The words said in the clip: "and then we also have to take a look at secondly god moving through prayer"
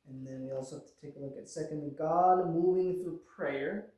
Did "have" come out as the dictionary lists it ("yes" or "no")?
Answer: no